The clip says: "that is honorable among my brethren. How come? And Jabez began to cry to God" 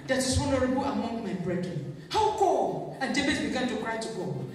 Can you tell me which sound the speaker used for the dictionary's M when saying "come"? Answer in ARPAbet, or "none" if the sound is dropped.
none